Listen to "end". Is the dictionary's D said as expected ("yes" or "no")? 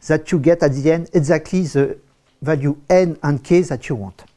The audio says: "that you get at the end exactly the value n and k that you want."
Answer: no